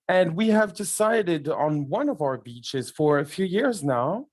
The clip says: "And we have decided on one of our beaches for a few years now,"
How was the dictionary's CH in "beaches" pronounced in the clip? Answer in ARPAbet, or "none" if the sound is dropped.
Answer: CH